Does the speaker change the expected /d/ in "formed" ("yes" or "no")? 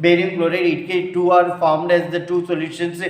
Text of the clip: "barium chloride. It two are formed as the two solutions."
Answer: no